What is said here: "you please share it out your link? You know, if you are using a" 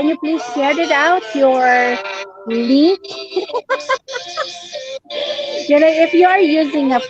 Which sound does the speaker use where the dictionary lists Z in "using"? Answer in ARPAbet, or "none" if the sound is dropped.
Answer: Z